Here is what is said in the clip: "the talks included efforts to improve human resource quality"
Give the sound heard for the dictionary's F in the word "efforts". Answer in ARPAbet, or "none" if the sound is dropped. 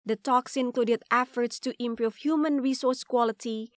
F